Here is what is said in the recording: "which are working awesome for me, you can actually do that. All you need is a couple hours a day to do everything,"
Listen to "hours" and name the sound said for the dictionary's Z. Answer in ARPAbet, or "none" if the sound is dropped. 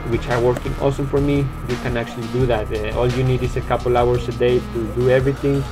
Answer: S